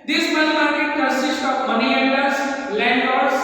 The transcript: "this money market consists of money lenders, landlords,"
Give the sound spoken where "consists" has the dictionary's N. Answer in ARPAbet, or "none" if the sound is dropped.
none